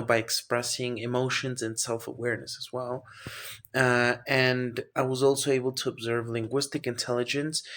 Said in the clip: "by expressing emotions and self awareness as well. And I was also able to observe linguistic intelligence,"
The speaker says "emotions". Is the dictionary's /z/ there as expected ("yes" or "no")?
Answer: yes